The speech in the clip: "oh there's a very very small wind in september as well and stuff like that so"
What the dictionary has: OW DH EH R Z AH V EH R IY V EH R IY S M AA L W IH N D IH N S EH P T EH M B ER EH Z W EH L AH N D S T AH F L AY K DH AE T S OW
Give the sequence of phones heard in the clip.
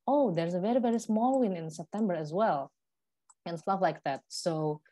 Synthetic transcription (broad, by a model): OW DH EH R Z AH V EH R IY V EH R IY S M AA L W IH N IH N S EH P T EH M B ER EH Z W EH L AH N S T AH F L AY K DH AE T S OW